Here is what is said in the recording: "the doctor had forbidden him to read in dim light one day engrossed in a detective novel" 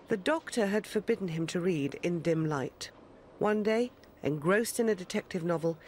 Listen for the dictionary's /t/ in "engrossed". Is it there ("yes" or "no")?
yes